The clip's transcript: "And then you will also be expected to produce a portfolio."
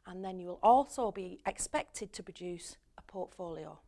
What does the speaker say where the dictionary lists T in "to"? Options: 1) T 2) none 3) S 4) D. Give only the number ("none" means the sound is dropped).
1